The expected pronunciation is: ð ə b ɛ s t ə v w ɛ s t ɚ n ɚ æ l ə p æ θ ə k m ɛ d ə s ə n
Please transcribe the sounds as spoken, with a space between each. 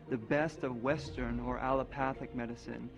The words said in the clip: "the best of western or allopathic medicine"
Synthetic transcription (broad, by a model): ð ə b ɛ s t ə v w ɛ s t ɚ n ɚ æ l ə p æ θ ə k m ɛ d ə s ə n